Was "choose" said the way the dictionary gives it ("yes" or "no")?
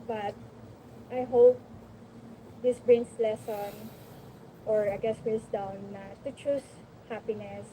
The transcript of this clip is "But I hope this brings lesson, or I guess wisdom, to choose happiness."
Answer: no